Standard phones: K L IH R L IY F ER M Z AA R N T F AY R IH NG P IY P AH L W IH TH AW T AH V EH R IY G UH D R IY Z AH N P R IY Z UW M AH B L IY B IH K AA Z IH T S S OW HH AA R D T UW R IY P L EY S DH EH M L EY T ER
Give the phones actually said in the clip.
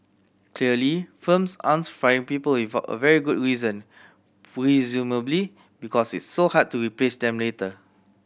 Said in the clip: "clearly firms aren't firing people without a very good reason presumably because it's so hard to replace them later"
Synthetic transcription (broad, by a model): K L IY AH L IY F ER M S AA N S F R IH NG P IY P AH L W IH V AW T AH V EH R IY G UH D R IY Z AH N P R IY Z UW M AH B L IY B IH K AA S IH T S S OW HH AA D T UW R IY P L EY S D EH M L EY T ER